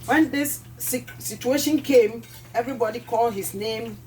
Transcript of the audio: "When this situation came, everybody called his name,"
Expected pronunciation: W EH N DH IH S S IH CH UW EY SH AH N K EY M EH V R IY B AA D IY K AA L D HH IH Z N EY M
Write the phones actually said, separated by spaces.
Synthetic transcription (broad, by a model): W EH N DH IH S S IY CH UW EY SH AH N K EY M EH V R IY B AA D IY K AA L D HH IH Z N EY M